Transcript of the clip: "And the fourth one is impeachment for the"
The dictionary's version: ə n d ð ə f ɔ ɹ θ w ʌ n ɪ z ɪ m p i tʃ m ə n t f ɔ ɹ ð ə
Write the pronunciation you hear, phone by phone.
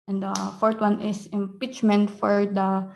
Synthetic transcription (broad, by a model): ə n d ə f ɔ ɹ t w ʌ n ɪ s ɪ m p i tʃ m ə n t f ɔ ɹ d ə